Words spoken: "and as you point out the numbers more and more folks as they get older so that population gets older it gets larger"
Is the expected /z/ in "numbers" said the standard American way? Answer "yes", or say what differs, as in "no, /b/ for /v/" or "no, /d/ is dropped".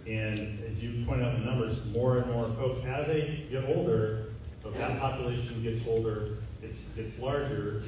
yes